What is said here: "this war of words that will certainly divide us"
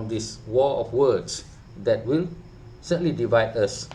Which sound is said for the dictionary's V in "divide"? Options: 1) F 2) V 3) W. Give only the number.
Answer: 2